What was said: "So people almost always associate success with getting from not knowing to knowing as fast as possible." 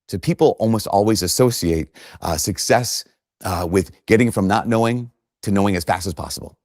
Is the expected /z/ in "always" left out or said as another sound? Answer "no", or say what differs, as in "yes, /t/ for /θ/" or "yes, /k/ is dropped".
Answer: no